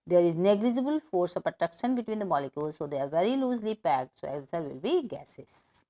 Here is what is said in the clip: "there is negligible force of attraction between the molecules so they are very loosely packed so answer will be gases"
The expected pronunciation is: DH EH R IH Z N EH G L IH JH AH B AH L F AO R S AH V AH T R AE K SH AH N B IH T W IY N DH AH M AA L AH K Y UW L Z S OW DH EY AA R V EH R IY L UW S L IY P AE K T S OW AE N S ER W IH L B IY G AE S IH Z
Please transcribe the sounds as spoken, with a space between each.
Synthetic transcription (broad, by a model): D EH R IH Z N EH G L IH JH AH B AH L F AO R S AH P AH T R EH K SH AH N B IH T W IY N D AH M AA L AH K Y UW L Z S OW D EY AA R V EH R IY L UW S L IY P AE K T S OW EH S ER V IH L B IY G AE S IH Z